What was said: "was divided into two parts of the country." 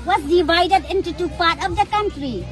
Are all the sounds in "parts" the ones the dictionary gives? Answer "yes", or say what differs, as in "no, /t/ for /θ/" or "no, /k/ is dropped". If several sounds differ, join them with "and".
no, /s/ is dropped